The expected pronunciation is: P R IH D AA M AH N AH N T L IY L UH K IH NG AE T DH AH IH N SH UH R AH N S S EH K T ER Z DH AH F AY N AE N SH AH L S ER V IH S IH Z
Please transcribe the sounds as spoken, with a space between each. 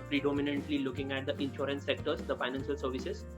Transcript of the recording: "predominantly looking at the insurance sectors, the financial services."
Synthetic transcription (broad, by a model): P R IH D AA M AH N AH N T L IY L UH K IH NG AE T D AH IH N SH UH R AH N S S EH K T ER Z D AH F AY N AE N SH AH L S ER V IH S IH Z